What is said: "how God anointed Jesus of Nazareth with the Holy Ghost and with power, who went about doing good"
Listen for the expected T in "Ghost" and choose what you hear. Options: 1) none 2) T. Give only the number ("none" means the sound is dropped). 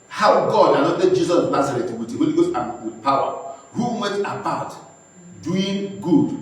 1